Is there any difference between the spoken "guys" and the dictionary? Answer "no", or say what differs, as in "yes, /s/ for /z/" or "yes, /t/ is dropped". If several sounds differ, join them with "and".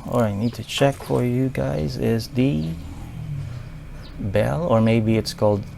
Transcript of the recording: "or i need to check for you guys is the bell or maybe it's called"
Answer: no